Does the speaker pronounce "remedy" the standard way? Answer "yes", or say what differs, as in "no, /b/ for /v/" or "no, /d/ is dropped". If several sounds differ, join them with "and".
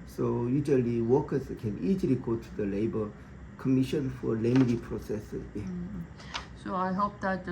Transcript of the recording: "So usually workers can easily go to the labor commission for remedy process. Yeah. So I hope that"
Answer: no, /l/ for /ɹ/